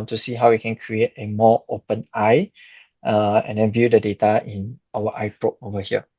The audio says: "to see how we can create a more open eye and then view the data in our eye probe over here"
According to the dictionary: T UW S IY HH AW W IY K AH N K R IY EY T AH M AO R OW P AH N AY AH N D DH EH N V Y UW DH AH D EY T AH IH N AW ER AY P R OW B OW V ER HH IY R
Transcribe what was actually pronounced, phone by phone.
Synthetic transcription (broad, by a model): T UW S IY HH AW W IY K AH N K R IY EY T AH M AO OW P AH N AY AH N D EH N V Y UW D AH D EY T AH IH N AW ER AY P R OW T OW V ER HH IY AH